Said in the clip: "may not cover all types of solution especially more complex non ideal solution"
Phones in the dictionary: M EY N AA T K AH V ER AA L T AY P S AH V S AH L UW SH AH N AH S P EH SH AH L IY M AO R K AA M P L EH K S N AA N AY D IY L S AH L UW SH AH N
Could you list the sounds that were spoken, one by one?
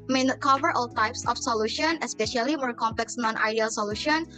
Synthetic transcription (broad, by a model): M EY N AA T K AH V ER AA L T AY P S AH F S AH L UW SH AH N AH S P EH SH AH L IY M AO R K AA M P L EH K S N AA N AY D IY L S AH L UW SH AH N